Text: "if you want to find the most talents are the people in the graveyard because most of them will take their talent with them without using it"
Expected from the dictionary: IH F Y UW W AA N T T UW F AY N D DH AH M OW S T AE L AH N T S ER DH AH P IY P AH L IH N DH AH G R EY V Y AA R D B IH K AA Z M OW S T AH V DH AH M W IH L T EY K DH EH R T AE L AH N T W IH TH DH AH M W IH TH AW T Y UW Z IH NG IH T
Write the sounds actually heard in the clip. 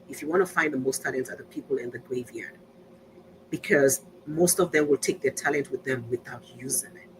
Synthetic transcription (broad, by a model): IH F Y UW W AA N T T UW F AY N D DH AH M OW S T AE L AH N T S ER DH AH P IY P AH L IH N DH AH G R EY V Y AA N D B IH K AA Z M OW S T AH V DH AH M W IH L T EY K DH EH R T AE L AH N T W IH DH AH M W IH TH AW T Y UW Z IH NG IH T